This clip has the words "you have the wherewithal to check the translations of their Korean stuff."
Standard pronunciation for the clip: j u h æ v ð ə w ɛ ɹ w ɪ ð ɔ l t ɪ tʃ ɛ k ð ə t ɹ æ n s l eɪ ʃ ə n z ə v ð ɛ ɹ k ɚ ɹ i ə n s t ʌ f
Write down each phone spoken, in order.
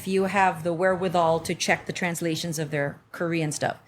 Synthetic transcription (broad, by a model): j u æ v ð ə w ɛ ɹ w ɪ ð ɔ l t ɪ tʃ ɛ k ð ə t ɹ æ n s l eɪ ʃ ə n z ə v ð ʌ ɹ k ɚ ɹ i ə n s t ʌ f